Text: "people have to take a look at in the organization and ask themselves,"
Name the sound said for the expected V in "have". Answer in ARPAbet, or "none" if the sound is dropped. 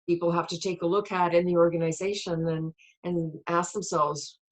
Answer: F